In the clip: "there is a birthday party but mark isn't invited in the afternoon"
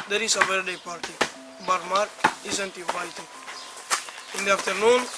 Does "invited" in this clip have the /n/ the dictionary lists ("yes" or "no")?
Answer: no